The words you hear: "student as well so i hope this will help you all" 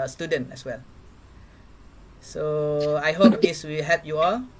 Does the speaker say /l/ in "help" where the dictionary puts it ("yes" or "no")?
no